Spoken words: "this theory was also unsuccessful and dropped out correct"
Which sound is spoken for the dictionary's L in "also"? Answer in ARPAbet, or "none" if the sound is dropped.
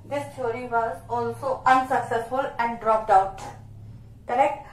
L